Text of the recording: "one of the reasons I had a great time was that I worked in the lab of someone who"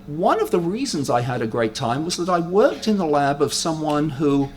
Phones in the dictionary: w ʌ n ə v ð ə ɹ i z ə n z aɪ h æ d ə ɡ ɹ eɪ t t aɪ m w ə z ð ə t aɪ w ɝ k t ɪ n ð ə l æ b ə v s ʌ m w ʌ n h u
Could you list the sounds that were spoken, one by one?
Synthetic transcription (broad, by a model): w ʌ n ə v ð ə ɹ i z ə n z aɪ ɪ d ə ɡ ɹ eɪ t t aɪ m w ə z ð ə t aɪ w ɝ k t ɪ n ð ə l æ b ə v s ʌ m w ʌ n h u